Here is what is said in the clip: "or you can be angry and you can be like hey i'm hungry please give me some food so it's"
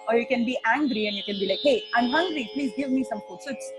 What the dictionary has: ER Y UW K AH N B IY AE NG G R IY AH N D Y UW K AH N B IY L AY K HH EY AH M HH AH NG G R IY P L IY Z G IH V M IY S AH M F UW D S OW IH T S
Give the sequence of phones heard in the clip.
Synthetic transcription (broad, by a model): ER Y UW K AH N B IY AE NG G R IY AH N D Y UW K AH N B IY L AY K HH EY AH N HH AH NG G R IY P L IY Z G IH V M IY S AH M P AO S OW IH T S